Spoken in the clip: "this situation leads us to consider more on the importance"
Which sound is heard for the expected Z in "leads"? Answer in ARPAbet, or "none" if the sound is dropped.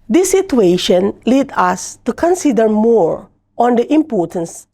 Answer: none